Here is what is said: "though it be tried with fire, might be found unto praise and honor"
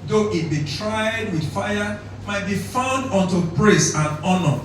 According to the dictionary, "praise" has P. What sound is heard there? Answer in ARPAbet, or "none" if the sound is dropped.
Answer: B